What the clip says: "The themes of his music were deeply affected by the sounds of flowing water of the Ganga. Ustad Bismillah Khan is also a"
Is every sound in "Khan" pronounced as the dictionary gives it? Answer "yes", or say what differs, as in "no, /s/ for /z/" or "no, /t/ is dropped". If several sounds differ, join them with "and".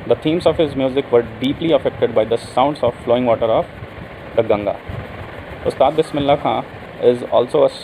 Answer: no, /n/ is dropped